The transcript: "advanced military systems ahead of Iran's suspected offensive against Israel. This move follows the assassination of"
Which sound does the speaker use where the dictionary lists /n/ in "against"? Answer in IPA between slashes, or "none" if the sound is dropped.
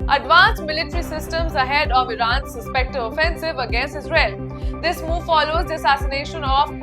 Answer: /n/